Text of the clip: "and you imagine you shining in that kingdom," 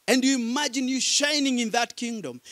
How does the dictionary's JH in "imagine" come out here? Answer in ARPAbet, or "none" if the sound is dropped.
JH